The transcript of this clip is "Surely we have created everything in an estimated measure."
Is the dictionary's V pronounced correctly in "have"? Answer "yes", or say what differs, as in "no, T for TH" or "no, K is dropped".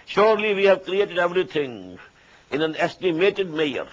yes